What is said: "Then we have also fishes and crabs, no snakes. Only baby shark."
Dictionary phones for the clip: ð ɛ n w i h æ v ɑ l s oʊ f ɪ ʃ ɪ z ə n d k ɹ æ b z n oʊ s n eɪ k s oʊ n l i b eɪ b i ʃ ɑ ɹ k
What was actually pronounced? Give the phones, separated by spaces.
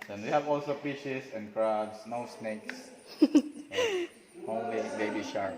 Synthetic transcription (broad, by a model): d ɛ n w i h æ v ɑ l s oʊ p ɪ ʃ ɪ s ə n d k ɹ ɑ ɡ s n oʊ s n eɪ k s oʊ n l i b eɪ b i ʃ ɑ ɹ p